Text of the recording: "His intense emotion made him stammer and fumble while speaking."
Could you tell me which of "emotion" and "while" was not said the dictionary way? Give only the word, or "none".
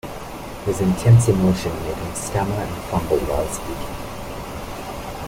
none